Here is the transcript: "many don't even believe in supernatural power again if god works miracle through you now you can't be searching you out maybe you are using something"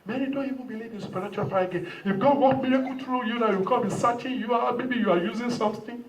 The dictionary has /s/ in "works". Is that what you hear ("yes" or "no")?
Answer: no